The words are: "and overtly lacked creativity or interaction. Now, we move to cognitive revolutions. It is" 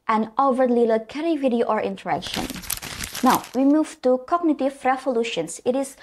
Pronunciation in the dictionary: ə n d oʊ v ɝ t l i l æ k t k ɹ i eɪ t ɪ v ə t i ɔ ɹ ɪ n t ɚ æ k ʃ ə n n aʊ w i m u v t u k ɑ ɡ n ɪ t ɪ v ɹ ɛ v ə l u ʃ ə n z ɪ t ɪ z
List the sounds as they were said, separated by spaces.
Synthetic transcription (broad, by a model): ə n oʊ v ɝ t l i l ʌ k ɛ ɹ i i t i ə t ɔ ɹ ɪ n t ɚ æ k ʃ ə n n aʊ w i m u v t u k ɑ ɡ n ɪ t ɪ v ɹ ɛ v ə l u ʃ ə n s ɪ t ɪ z